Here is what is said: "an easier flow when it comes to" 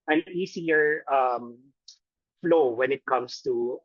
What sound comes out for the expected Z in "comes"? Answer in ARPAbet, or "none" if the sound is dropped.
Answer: S